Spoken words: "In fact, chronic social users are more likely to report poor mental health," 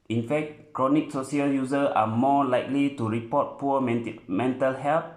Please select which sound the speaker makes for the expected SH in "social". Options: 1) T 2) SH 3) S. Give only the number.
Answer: 3